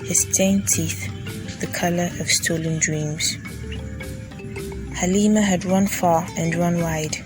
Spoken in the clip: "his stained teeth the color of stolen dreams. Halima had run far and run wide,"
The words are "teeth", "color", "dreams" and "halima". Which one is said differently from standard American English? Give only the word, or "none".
none